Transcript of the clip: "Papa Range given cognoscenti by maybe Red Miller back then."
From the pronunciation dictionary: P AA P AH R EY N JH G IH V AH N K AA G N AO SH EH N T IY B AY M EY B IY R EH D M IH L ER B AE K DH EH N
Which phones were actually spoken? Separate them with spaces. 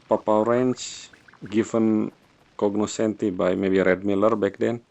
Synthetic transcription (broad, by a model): P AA P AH R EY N CH G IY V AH N K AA G N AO S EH N T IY B AY M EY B IY R EH D M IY L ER B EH K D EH N